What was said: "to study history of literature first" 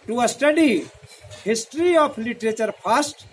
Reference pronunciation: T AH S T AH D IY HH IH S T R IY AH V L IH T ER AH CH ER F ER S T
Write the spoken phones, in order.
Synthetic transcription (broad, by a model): T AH S T AH D IY HH IH S T R IY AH P L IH T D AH CH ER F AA S T